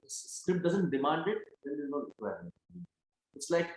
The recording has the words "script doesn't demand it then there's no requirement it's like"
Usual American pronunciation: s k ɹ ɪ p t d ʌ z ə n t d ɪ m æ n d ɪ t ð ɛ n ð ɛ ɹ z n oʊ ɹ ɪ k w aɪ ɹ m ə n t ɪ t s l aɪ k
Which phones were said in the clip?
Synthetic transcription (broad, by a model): s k ɹ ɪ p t d ʌ z ə n t d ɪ m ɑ n d ɪ t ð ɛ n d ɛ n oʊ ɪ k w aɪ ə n ɪ t s l aɪ k